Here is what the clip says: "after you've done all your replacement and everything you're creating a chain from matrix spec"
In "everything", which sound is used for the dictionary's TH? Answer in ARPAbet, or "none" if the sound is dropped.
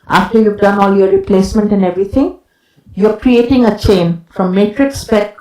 T